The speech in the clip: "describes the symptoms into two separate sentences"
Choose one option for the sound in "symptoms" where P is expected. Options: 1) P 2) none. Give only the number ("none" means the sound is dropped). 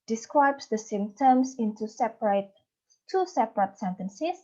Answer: 2